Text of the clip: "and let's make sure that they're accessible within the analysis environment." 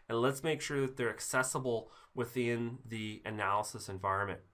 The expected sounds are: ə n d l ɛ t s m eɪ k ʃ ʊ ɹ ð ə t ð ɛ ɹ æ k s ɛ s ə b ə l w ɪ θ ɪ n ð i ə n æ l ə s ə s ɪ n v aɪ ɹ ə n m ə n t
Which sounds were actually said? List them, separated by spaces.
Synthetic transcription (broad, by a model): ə n l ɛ t s m eɪ k ʃ ʊ ɹ ð ə t ð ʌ ɹ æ k s ɛ s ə b l w ɪ θ ɪ n ð i ə n æ l ə s ə s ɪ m v aɪ ɹ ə n m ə n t